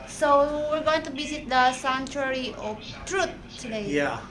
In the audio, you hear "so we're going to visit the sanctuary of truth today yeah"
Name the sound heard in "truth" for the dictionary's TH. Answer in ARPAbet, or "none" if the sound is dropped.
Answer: T